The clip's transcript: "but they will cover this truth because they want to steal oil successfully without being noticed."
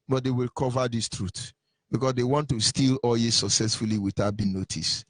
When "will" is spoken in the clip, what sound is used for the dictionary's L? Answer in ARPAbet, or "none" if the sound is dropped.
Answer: L